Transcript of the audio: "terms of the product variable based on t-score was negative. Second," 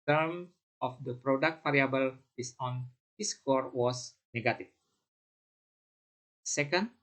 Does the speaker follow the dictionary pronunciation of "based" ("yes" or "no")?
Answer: no